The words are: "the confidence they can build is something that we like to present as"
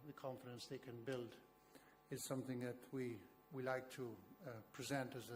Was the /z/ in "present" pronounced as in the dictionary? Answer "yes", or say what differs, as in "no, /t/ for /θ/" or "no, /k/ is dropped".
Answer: yes